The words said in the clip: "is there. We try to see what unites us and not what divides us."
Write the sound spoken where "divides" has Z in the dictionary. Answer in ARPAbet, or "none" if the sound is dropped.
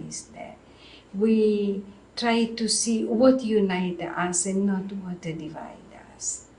none